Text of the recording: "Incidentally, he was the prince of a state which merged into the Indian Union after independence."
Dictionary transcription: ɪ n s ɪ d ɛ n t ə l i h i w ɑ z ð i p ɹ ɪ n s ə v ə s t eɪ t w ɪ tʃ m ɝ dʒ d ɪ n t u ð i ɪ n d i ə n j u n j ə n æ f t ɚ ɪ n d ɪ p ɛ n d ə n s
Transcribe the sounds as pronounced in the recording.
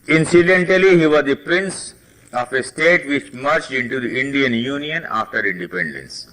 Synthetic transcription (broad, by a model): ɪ n s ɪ d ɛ n t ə l i h i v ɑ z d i p ɹ ɪ n s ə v ə s t eɪ t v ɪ tʃ m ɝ tʃ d ɪ n t u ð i ɪ n d i ə n j u n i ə n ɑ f t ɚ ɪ n d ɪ p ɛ n d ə n s